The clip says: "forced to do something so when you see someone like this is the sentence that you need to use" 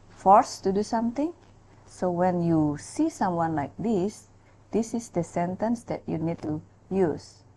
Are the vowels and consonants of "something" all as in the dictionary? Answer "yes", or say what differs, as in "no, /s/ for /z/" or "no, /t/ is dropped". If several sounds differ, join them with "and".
no, /t/ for /θ/